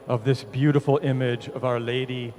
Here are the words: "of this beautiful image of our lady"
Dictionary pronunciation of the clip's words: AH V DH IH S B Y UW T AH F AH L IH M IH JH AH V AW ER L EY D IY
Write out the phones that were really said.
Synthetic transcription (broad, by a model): AH V DH IH S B Y UW T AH F L IH M IH JH AH V AW ER L EY D IY